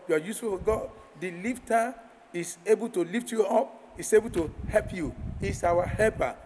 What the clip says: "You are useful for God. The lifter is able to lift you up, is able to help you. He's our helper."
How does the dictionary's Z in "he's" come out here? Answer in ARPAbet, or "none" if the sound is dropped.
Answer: S